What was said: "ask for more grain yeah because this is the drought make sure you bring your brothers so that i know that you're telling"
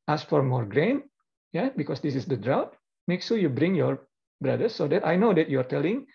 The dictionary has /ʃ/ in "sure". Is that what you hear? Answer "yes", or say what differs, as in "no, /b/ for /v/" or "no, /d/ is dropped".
no, /s/ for /ʃ/